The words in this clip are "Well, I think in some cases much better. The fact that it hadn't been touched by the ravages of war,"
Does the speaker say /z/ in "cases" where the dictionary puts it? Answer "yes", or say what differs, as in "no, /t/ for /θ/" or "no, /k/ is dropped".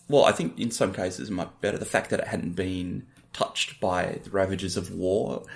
yes